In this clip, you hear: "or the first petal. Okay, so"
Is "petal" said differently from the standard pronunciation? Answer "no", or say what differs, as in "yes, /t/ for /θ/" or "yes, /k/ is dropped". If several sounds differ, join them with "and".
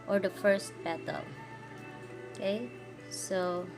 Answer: yes, /b/ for /p/